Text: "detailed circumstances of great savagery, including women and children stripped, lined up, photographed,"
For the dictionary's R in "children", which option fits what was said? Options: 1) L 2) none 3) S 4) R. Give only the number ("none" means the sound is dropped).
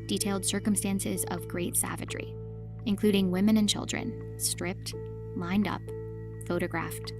4